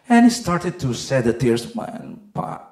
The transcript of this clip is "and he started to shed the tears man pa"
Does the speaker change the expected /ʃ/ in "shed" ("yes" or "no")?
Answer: yes